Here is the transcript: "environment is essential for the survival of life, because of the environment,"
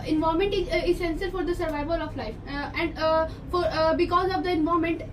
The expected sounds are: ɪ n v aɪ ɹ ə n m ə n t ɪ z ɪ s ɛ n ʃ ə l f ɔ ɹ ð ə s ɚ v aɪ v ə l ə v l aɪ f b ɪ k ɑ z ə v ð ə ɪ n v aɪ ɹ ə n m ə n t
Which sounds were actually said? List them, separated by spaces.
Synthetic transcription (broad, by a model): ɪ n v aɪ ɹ m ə n t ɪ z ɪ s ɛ n s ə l f ɔ ɹ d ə s ɚ v aɪ v ə l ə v l aɪ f b ɪ k ɑ z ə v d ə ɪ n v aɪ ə m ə n t